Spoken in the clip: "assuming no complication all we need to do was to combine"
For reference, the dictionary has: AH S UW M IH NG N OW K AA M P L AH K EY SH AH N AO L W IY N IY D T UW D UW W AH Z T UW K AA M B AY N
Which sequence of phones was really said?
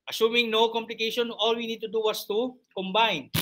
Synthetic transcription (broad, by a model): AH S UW M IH NG N OW K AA M P L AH K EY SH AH N AO L W IY N IY D T UW D UW W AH S T UW K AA M B AY N